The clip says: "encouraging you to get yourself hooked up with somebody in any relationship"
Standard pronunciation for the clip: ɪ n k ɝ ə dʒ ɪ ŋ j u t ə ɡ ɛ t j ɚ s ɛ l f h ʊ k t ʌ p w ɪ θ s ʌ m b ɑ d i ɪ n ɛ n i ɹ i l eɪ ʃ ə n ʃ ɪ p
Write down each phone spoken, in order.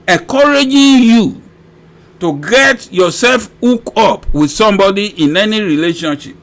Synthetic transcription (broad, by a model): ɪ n k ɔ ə dʒ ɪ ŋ j u t ə ɡ ɛ t j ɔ s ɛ l f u k ɔ p w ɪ s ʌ m b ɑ d i ɪ n ɛ n i ɹ i l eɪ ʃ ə n ʃ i p